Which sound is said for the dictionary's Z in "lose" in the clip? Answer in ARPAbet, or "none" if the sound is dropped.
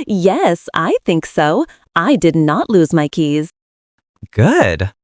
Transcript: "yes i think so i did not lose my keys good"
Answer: Z